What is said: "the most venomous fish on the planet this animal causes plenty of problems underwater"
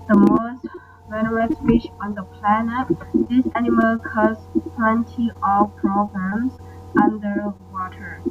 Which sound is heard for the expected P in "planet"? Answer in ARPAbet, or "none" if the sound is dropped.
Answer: P